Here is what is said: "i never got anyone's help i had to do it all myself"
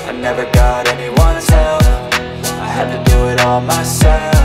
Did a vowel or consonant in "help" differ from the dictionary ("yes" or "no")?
yes